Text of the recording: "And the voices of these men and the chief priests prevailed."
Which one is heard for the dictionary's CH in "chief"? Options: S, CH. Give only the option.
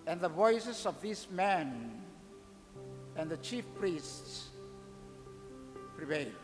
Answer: CH